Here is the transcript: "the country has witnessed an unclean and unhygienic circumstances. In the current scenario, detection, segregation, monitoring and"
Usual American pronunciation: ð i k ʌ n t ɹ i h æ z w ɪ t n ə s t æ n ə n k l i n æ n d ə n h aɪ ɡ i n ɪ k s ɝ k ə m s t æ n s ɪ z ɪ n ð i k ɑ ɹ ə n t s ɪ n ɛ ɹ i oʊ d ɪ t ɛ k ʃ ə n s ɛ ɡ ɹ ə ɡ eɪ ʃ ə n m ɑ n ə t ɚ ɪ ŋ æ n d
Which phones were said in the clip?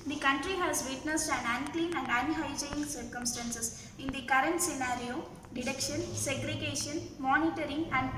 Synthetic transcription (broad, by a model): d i k ʌ n t ɹ i h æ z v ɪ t n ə s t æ n ə n k l i n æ n d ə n h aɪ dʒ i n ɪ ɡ s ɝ k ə m s t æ n s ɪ s ɪ n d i k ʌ ɹ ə n t s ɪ n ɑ ɹ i oʊ d ɪ t ɛ k ʃ ə n s ɛ ɡ ɹ ə ɡ eɪ ʃ ə n m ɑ n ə t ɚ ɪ ŋ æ n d